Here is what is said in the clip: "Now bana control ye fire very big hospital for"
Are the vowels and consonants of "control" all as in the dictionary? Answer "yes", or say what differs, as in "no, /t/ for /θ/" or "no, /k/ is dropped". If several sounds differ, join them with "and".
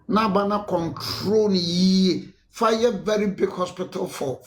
no, /n/ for /l/